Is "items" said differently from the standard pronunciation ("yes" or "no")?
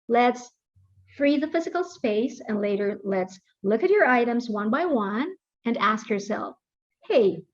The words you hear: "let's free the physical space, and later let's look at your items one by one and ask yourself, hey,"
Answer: no